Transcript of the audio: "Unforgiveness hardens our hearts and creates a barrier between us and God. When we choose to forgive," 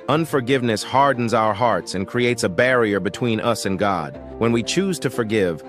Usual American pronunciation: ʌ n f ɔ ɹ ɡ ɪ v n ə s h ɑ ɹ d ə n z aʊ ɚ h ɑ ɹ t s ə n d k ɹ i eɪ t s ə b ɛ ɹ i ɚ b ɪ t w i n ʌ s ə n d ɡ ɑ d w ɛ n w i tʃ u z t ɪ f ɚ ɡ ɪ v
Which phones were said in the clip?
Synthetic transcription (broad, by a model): ʌ n f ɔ ɹ ɡ ɪ v n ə s h ɑ ɹ d n z aʊ ɚ h ɑ ɹ t s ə n k ɹ i eɪ t s ə b ɛ ɹ i ɚ b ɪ t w i n ʌ s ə n ɡ ɑ d w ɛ n w i tʃ u z t ɪ f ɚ ɡ ɪ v